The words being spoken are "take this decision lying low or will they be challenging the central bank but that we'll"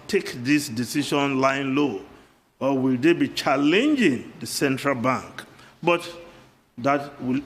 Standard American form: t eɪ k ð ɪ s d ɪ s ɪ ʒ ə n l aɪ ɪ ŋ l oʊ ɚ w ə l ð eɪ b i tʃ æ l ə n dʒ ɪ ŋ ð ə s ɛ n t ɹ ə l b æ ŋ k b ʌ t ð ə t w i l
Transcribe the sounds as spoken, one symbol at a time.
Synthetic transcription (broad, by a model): t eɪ k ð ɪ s d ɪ s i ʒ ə n l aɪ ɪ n l oʊ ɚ w ə l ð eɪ b i tʃ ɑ l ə n dʒ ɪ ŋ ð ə s ɛ n t ɹ ə l b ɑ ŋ k b ʌ t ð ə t w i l